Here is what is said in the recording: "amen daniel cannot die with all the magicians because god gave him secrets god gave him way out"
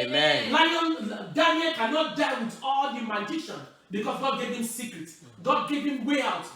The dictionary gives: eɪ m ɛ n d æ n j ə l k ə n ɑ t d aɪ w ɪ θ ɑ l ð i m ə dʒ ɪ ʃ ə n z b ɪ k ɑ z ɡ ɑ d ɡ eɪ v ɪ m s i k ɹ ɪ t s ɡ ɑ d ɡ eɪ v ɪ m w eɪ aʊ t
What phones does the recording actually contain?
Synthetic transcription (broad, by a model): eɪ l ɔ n d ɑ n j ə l k ə n ɑ t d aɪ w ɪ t ɑ l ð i m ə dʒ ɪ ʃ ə n b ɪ k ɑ s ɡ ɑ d ɡ eɪ v ɪ m s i k ɹ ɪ t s ɡ ɑ d ɡ eɪ v ɪ m w eɪ aʊ t